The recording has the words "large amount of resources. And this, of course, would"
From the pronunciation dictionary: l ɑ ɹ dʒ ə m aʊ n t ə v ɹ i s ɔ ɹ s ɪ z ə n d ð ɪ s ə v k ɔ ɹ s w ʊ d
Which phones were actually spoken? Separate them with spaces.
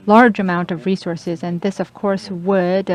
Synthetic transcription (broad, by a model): l ɑ ɹ dʒ ə m aʊ n t ə v ɹ i s ɔ ɹ s ɪ z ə n ð ɪ s ə v k ɔ ɹ s w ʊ d